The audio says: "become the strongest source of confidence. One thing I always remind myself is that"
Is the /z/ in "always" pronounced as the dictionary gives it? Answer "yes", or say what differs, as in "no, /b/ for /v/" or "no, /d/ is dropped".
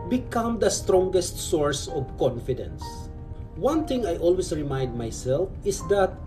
no, /s/ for /z/